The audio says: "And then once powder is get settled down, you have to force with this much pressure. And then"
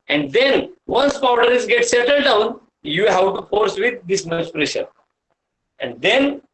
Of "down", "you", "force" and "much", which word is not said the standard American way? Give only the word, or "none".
much